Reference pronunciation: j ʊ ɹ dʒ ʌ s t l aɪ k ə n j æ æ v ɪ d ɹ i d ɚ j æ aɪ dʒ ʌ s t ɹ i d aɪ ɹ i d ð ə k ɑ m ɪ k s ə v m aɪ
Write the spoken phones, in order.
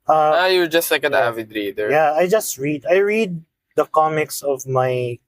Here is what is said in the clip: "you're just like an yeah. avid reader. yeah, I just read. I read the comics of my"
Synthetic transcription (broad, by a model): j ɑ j dʒ ʌ s t l aɪ k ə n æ æ v ɪ d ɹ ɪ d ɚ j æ aɪ dʒ ʌ s t ɹ i d aɪ ɹ i d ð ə k ɑ m ɪ k s ə v m aɪ